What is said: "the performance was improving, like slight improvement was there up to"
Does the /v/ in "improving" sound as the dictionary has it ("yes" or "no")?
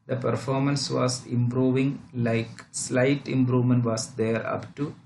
yes